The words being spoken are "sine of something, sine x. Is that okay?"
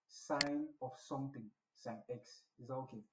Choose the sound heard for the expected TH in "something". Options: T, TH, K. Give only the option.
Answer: T